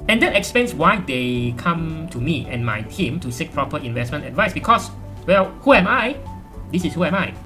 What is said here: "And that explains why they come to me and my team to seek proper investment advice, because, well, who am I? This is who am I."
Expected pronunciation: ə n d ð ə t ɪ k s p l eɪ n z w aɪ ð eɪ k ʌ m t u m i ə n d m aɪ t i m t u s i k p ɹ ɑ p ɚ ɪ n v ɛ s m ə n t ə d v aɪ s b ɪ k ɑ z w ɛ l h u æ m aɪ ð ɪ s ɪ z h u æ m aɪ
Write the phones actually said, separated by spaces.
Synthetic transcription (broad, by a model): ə n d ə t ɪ k s p l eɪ n s w aɪ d eɪ k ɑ m t u m i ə n m aɪ t i m t u s i k p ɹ ɑ p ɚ ɪ n v ɛ s m ə n t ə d v aɪ s b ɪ k ɑ s w ɛ l h u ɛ m aɪ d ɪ s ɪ s h u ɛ m aɪ